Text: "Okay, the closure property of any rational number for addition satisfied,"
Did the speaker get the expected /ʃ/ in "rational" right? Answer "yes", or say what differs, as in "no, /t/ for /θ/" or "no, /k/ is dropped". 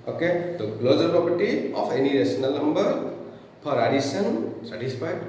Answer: no, /s/ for /ʃ/